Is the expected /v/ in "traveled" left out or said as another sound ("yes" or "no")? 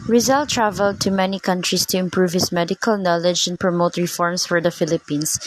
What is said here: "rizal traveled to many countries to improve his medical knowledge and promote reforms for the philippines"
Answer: no